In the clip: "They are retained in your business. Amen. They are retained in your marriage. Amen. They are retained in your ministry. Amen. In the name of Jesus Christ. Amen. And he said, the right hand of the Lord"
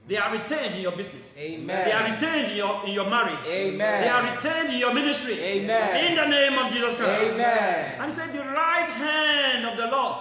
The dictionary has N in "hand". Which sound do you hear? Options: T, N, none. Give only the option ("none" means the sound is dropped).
N